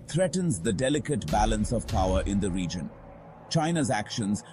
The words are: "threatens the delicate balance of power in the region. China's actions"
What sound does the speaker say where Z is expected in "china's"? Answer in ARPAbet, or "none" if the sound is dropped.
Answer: Z